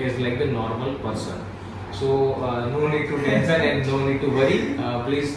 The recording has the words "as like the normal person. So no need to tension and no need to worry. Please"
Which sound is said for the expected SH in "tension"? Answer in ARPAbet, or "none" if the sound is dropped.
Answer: S